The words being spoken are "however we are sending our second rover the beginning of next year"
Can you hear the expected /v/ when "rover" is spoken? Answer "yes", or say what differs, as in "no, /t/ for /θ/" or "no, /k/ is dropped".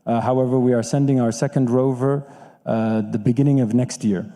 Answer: yes